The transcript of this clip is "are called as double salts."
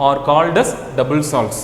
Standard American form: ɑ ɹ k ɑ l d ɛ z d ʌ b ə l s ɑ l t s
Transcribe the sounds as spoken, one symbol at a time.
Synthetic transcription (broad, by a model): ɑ ɹ k ɑ l d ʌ s d ʌ b ə l s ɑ l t s